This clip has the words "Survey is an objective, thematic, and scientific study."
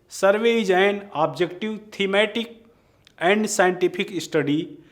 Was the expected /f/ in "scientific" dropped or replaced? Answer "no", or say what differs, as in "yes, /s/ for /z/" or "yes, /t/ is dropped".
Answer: yes, /p/ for /f/